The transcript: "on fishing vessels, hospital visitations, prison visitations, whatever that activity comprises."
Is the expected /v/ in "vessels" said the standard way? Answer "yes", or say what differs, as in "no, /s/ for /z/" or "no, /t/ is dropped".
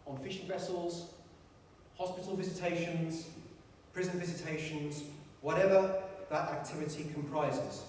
yes